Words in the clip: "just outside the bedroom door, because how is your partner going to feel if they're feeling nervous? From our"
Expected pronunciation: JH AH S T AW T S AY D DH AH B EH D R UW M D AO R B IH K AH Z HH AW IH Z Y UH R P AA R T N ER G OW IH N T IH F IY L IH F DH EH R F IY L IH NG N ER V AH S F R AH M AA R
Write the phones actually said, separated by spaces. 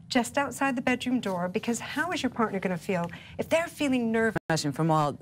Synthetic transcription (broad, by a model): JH AH S T AW T S AY D DH AH B EH D R UW M D AO R B IH K AH Z HH AW IH Z Y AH R P AA R T N ER G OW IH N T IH F IY L IH F DH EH R F IY L IH NG N ER V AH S F R AH M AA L